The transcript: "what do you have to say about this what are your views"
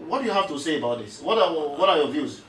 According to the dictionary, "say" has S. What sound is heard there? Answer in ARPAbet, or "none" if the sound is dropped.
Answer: S